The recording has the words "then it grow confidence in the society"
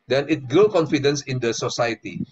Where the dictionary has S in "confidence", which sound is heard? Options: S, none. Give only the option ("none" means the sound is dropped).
S